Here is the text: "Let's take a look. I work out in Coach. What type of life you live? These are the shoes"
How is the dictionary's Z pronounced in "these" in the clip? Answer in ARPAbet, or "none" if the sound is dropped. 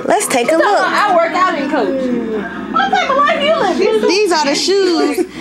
Z